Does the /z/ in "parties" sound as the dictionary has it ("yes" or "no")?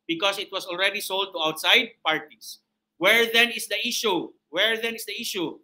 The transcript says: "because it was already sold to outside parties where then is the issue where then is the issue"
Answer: no